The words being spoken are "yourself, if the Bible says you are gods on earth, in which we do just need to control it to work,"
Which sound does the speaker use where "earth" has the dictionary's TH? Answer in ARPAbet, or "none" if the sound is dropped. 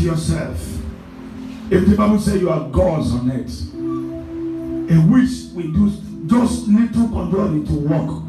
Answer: T